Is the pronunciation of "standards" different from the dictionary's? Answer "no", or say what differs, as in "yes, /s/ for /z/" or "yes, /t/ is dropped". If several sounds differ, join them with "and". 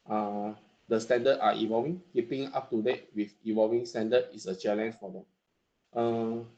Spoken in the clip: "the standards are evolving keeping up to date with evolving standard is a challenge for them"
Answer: yes, /z/ is dropped